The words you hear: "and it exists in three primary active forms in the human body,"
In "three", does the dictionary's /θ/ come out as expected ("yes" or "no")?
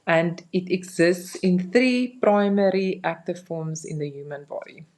yes